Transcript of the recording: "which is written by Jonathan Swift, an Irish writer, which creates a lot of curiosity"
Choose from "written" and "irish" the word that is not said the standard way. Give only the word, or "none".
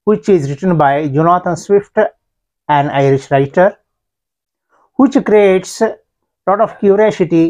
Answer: none